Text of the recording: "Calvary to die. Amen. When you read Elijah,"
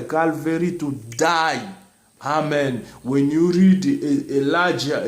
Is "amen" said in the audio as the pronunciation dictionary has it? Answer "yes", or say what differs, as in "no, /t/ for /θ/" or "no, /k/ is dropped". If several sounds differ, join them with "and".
yes